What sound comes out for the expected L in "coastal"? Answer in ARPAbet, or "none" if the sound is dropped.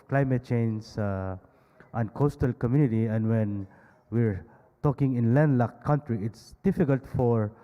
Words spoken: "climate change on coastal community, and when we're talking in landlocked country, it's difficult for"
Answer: L